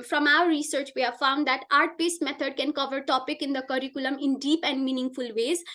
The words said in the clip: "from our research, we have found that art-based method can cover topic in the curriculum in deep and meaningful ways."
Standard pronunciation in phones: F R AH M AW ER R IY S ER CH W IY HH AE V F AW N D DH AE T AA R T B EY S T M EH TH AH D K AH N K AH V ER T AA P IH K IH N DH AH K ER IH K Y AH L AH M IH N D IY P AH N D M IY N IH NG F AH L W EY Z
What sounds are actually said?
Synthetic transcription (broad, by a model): F R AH M AW ER R IY S ER CH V IY HH AE V F AW N D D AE T AA R T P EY S T M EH T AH D K AH N K AH V ER T AA P IH K IH N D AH K ER IH K Y AH L AH M IH N D IY P AH N D M IY N IH NG F AH L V EY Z